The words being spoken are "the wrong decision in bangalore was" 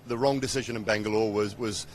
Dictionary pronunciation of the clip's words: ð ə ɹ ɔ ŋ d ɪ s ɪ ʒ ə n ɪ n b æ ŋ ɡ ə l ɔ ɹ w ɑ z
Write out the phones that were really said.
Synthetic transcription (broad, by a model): ð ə ɹ ɔ ŋ d ɪ s ɪ ʒ ə n ɪ n b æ ŋ ɡ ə l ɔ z w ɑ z